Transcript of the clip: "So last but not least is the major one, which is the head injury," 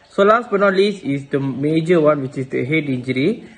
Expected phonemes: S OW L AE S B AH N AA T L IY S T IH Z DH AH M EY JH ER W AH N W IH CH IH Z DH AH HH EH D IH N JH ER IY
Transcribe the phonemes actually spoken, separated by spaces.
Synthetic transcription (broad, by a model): S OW L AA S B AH N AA L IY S IH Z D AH M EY JH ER W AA N W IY CH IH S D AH HH EH D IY N JH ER IY